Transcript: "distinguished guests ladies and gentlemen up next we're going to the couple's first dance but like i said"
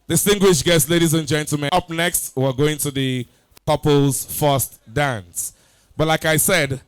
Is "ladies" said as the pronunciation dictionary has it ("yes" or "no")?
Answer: yes